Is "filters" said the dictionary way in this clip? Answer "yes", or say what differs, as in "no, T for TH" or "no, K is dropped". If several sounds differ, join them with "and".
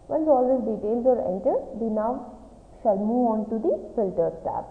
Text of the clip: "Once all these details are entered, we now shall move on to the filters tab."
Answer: no, Z is dropped